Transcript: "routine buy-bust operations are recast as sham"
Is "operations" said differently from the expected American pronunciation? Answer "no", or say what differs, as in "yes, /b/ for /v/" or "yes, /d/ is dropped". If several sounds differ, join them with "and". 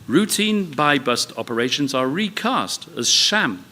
no